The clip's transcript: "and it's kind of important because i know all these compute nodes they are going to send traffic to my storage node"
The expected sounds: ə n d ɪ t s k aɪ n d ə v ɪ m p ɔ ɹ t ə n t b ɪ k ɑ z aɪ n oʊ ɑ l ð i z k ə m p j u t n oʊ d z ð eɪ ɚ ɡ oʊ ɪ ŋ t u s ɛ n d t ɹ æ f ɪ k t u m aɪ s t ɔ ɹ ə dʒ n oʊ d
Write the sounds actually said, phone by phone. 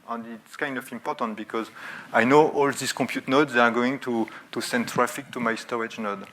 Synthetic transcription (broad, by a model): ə n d ɪ t s k aɪ n d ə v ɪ m p ɔ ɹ t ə n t b ɪ k ɑ z aɪ n oʊ ɑ l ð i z k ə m p j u t n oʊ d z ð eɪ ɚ ɡ oʊ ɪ ŋ t u s ɛ n d t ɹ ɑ f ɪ k t u m aɪ s t ɔ ɹ ə dʒ n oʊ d